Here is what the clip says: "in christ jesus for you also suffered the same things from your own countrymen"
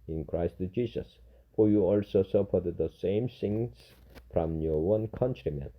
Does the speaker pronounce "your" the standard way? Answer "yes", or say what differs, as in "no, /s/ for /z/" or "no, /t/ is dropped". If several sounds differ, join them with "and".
no, /w/ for /ɹ/